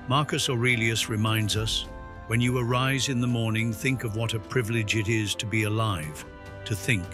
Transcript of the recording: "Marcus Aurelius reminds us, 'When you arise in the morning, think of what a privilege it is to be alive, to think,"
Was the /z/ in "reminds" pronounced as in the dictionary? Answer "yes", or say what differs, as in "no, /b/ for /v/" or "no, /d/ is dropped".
yes